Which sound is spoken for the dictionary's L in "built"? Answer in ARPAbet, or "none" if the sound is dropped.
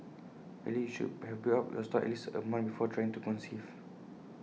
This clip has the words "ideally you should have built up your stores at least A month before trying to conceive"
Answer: none